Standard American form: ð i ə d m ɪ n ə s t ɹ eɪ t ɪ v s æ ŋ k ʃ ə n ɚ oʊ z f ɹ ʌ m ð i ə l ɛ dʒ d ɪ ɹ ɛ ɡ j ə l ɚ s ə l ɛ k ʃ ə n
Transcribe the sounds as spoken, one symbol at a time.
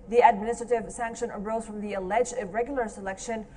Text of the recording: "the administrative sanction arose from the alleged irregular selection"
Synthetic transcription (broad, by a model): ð i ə d m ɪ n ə s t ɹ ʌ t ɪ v s æ ŋ k ʃ ə n ɚ oʊ z f ɹ ʌ m ð i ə l ɛ dʒ ɪ ɹ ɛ ɡ j l ɚ s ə l ɛ k ʃ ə n